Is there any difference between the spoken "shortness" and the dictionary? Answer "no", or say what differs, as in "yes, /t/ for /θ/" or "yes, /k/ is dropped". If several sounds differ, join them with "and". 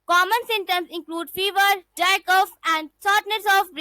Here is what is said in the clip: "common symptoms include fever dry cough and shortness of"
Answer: yes, /s/ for /ʃ/